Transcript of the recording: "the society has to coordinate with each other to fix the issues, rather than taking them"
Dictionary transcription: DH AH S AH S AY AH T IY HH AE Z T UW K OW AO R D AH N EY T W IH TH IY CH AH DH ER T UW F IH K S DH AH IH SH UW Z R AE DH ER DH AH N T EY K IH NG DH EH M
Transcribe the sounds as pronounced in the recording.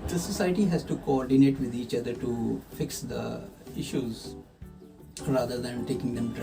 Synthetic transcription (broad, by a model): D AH S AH S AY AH T IY HH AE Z T UW K OW AO R D AH N EY T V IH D IY CH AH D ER T UW F IH K S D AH IH SH UW Z R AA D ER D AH N T EY K IH NG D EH M